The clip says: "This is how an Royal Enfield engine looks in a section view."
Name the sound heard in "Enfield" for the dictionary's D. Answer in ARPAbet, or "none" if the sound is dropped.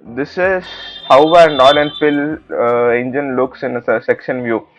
none